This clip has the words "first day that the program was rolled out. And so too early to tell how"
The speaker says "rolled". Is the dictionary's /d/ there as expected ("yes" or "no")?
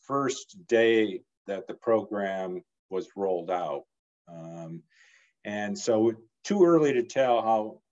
yes